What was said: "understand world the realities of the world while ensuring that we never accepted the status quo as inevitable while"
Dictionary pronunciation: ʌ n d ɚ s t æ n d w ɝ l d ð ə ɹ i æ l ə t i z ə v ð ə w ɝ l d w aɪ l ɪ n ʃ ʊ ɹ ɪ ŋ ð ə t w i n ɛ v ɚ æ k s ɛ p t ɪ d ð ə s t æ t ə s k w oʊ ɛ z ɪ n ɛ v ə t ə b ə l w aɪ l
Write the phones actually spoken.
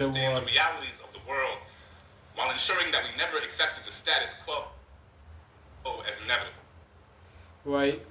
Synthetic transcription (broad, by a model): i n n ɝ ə ɹ i æ l ə t i z ə v ð ə w ɝ l d w aɪ l ɪ n ʃ ʊ ɹ ɪ ŋ ð ə t w i n ɛ v ɚ æ k s ɛ p t ɪ d ð ə s t æ t ə s k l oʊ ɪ z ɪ n ɛ v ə t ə b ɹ aɪ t